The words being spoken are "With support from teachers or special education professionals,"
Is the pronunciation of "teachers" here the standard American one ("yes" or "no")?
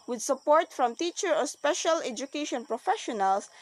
no